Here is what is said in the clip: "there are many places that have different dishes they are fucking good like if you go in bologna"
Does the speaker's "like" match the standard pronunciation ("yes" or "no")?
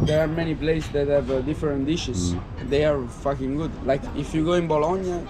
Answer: yes